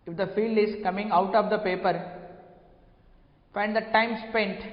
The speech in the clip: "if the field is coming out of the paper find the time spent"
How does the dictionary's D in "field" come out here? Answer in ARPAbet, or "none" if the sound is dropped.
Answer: D